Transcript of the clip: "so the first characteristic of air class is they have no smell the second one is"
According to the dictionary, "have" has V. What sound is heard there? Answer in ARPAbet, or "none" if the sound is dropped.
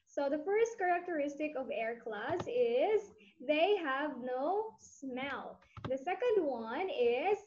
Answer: V